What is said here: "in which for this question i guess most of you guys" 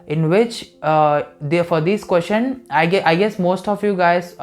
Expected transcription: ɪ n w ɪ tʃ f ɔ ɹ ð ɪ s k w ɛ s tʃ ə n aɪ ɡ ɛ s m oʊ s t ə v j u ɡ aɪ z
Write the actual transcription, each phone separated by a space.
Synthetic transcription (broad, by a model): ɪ n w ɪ tʃ f ɔ ɹ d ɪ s k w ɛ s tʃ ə n aɪ ɡ ɛ s m oʊ s t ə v j u ɡ aɪ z